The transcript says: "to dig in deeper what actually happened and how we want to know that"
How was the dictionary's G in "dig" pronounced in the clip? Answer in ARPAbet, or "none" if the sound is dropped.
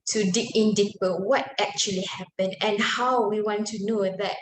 none